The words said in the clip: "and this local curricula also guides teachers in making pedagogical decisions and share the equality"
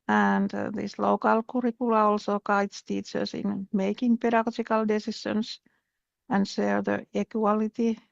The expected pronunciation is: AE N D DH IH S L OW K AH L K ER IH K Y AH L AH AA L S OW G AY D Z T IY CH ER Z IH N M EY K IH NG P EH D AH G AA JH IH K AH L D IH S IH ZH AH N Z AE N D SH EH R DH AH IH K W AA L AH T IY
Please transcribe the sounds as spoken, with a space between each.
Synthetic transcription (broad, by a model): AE N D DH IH S L OW K AH L K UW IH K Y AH L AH AA L S OW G AY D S T IY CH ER S IH N M EY K IH NG P EH D AH G AA JH IH K AH L D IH S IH SH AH N S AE N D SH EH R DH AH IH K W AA L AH T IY